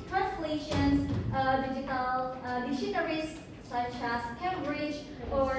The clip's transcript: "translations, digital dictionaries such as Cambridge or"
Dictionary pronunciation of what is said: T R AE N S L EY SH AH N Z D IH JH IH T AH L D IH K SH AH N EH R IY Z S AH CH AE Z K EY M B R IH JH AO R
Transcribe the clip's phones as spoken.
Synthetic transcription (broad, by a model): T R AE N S L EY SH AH N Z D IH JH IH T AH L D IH SH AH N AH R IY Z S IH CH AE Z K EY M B R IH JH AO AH